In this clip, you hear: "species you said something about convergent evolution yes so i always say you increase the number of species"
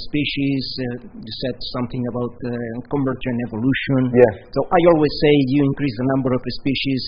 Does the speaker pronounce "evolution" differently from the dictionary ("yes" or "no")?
no